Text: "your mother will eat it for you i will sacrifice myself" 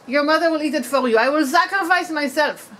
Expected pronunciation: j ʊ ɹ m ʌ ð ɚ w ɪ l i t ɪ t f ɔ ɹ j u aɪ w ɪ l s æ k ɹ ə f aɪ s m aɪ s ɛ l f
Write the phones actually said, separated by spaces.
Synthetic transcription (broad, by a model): j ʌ ɹ m ʌ ð ɚ w ɪ l i t ɪ t f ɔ l j u aɪ w ɪ l s æ k ɹ ə f aɪ s m aɪ s ɛ l f